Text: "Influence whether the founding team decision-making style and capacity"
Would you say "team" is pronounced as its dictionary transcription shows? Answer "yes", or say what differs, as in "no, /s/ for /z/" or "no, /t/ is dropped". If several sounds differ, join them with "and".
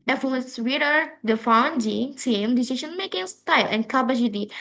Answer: no, /s/ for /t/